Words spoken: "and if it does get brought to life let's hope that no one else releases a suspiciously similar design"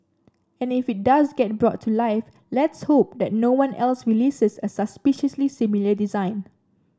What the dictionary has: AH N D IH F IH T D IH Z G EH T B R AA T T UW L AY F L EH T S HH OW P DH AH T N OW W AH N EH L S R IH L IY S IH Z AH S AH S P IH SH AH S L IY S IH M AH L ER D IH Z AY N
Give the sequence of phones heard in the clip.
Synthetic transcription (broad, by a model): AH N IH F IH T D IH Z G EH T B R AA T T UW L AY F L EH T S HH OW P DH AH T N OW W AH N EH L S R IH L IY S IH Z AH S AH S P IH SH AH S L IY S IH M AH L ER D IH Z AY N